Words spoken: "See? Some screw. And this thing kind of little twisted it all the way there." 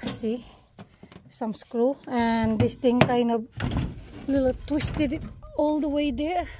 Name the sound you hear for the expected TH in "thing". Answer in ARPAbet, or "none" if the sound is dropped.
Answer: T